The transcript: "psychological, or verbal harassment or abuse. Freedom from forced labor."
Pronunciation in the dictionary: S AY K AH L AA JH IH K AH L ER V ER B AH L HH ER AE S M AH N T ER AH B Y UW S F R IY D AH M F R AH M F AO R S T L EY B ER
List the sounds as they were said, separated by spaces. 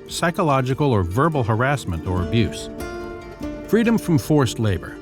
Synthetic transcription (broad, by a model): S AY K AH L AA JH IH K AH L ER V ER B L HH ER AE S M AH N T ER AH B Y UW S F R IY D AH M F R AH M F AO R S T L EY B ER